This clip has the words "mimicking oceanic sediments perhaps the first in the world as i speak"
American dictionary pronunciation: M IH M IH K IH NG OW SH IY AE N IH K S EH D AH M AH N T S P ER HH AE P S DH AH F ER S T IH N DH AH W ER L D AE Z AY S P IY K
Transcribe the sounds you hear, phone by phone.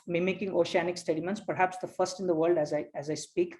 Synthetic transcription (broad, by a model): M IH M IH K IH NG OW SH IY AE N IH K S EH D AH M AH N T S P ER HH AE P S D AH F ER S T IH N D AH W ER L D AE Z AY S P IY K